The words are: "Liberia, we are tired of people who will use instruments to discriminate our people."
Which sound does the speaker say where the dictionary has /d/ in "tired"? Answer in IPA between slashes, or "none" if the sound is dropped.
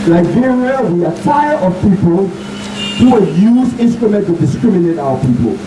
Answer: none